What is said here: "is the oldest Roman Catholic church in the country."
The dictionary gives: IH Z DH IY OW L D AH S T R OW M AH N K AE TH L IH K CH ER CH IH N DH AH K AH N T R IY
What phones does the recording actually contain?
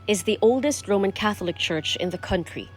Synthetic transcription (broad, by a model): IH Z DH IY OW L D AH S T R OW M AH N K AE TH L IH K CH ER CH IH N DH AH K AH N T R IY